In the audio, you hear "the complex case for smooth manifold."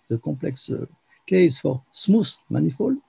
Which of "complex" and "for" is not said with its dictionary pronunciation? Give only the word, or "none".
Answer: complex